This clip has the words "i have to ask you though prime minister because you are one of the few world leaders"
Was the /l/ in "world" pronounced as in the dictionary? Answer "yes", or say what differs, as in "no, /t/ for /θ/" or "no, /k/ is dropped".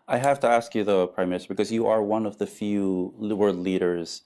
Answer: no, /l/ is dropped